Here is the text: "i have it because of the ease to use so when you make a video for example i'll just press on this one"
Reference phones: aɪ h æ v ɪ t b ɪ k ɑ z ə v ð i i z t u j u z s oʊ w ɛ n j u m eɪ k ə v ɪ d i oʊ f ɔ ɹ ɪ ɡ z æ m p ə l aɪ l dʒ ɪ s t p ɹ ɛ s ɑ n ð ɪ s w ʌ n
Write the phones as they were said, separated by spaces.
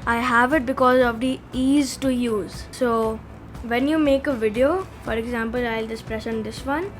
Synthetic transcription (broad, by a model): aɪ h æ v ɪ t b ɪ k ɑ z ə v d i i z t u j u z s oʊ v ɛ n j u m eɪ k ə v ɪ d i oʊ f ɔ ɹ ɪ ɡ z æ m p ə l aɪ l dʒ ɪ s p ɹ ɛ ʃ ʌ n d ɪ s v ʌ n